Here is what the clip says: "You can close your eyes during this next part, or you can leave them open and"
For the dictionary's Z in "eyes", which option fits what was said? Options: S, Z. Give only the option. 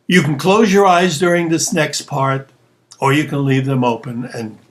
Z